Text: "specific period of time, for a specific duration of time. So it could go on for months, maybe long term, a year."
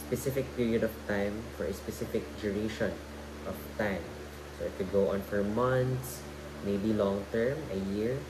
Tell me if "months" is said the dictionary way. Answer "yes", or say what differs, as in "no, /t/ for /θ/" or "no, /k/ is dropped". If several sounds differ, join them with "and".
no, /t/ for /θ/